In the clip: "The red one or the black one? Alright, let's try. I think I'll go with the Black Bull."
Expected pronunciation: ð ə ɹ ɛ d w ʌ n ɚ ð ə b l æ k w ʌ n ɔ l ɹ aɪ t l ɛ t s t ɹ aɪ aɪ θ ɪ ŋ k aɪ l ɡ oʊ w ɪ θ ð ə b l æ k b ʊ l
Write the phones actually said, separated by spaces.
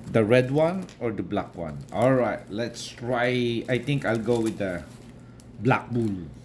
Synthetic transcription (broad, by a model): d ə ɹ ɛ d w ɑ n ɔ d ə b l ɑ k w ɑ n ɔ l ɹ aɪ t l ɛ t s t ɹ aɪ aɪ t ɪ ŋ k aɪ l ɡ oʊ w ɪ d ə b l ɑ k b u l